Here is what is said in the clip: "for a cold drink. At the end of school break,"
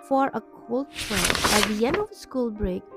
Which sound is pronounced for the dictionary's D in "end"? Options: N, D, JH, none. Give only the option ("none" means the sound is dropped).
D